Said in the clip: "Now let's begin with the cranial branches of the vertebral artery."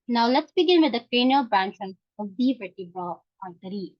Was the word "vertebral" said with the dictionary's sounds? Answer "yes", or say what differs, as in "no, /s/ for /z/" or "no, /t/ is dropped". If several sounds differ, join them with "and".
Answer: no, /ɹ/ is dropped